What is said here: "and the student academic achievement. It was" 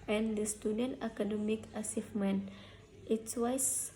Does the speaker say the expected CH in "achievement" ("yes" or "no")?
no